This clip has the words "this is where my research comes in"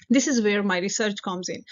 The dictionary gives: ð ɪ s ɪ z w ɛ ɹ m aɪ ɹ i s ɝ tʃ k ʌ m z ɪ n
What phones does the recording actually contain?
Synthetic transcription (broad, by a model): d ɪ s ɪ z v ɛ ɹ m aɪ ɹ i s ɝ tʃ k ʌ m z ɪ n